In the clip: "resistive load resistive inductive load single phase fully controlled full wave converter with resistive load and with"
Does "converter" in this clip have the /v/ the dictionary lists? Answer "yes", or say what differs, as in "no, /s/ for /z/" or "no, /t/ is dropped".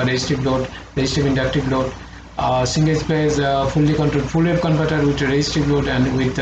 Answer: no, /p/ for /v/